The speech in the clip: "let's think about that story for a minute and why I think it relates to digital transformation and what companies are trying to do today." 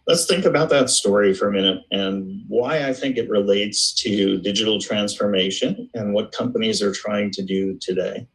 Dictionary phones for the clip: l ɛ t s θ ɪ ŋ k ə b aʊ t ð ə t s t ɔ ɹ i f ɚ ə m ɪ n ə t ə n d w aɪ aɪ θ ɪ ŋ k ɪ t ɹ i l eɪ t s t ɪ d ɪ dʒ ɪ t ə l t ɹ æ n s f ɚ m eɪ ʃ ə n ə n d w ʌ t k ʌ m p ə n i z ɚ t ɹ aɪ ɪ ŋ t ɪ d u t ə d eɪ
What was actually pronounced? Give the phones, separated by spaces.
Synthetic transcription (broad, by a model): l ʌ t s θ ɪ ŋ k ə b aʊ t ð ə t s t ɔ ɹ i f ɚ ə m ɪ n ə t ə n w aɪ aɪ θ ɪ ŋ k ɪ t ɹ i l eɪ t s t ɪ d ɪ dʒ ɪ t l t ɹ æ n s f ɚ m eɪ ʃ ə n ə n w ʌ t k ʌ m p ə n i z ɚ t ɹ aɪ ɪ ŋ t ɪ d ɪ t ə d eɪ